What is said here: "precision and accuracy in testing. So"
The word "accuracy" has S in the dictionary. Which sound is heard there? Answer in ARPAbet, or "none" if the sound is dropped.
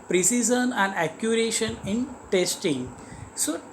SH